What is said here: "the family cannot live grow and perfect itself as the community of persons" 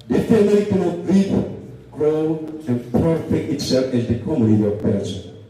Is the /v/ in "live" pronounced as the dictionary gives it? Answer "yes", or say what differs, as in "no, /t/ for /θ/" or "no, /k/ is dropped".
no, /p/ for /v/